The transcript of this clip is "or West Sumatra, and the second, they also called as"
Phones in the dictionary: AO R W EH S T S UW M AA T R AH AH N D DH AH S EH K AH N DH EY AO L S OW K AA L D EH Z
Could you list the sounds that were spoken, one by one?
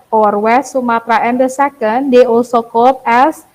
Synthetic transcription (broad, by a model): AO R W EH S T S UW M AA T R AH AH N D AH S EH K AH N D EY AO S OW K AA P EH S